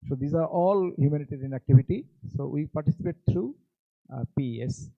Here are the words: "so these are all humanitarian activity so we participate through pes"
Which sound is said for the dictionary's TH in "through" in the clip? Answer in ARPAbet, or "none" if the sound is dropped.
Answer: T